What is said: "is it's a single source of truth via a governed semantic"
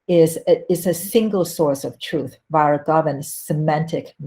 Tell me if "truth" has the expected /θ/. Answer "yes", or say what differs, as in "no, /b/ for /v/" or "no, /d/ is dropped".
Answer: yes